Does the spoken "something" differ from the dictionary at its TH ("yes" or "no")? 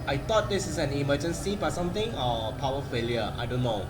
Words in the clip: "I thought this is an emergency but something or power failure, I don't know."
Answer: yes